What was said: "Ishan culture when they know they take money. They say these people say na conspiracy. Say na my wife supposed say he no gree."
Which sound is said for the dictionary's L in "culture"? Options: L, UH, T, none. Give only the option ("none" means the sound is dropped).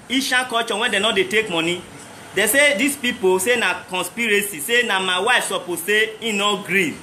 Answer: none